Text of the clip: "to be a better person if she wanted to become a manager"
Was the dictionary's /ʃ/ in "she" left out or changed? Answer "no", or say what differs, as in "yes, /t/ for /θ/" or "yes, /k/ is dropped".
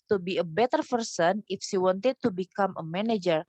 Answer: yes, /s/ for /ʃ/